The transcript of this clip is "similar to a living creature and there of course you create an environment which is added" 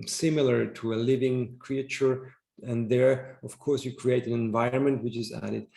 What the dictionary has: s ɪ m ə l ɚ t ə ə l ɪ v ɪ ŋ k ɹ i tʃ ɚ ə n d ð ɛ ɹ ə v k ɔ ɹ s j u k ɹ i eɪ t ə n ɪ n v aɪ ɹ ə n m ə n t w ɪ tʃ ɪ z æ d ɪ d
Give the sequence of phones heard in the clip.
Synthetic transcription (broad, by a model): s ɪ m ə l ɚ t ə ə l ɪ v ɪ ŋ k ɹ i tʃ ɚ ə n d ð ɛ ɹ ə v k ɔ ɹ s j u k ɹ i eɪ t ə n ɪ n v aɪ ɹ ə n m ə n t w ɪ tʃ ɪ z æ d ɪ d